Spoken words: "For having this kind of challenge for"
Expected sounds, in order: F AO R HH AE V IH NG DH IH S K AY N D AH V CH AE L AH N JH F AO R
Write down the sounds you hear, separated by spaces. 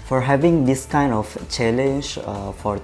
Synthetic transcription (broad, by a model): F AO R HH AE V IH NG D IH S K AY N D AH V CH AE L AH N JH F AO R